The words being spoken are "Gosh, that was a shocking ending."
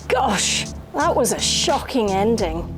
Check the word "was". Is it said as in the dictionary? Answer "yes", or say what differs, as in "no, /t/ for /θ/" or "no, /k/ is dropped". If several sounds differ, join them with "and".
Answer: yes